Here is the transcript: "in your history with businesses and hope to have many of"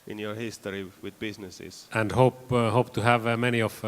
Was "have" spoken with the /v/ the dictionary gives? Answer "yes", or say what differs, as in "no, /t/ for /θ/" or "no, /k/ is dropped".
yes